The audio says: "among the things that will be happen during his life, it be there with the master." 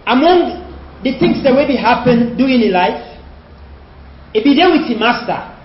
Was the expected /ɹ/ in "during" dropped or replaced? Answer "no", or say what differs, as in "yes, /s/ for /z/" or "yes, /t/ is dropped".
yes, /ɹ/ is dropped